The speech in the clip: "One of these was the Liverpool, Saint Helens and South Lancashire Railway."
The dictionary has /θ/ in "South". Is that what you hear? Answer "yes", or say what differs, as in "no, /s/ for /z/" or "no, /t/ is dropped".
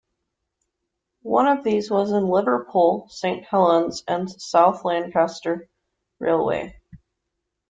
yes